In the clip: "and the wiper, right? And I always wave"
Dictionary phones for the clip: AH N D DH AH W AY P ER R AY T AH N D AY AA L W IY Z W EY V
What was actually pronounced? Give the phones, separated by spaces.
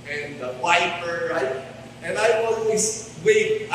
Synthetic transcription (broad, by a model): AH N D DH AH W AY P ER R AY T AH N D AY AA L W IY S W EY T